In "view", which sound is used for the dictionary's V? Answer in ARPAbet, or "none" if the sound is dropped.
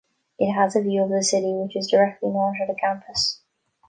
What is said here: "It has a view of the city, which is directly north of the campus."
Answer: V